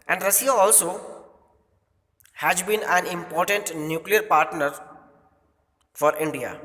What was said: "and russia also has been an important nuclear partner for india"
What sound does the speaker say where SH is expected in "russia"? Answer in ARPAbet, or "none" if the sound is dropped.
S